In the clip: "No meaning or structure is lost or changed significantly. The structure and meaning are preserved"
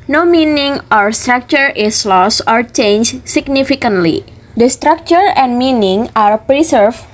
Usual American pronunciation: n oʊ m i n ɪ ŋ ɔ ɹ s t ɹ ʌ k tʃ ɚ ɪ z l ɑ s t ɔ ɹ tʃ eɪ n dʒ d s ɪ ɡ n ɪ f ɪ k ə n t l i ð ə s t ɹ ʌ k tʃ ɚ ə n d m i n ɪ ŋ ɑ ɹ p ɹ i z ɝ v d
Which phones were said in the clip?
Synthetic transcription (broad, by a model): n oʊ m i n ɪ ŋ ɔ ɹ s t ɹ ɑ k tʃ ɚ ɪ s l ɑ s ɔ ɹ tʃ eɪ n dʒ s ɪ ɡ n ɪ f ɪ k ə n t l i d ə s t ɹ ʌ k tʃ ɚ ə n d m i n ɪ ŋ ɑ ɹ p ɹ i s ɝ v